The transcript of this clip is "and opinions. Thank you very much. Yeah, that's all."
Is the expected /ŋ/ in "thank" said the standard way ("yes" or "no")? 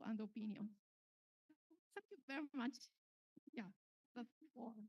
no